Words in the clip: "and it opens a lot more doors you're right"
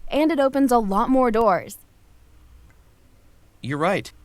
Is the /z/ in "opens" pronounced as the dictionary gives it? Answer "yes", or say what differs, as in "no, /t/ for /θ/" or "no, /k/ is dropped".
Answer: yes